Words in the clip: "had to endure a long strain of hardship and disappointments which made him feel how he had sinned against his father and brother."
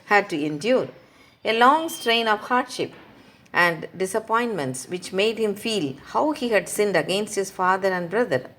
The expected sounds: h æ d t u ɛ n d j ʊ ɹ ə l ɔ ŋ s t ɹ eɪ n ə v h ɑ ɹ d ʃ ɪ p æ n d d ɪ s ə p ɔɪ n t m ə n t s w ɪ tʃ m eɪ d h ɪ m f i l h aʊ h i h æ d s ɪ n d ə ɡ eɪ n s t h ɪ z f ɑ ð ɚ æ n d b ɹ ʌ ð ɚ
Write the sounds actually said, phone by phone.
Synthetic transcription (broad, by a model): h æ d t u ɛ n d j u ɹ ə l ɔ ŋ s t ɹ eɪ n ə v h ɑ ɹ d ʃ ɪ p æ n d d ɪ s ə p ɔɪ n t m ə n t s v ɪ tʃ m eɪ d h ɪ m f i l h aʊ h i h æ d s ɪ n d ə ɡ eɪ n s t h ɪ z f ɑ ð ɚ æ n d b ɹ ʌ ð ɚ